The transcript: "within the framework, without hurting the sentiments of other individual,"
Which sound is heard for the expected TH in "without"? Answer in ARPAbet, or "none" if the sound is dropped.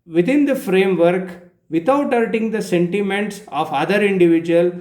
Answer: T